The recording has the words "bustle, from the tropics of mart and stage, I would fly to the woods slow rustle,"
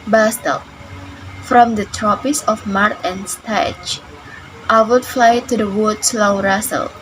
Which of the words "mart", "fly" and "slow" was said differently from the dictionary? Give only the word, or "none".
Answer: none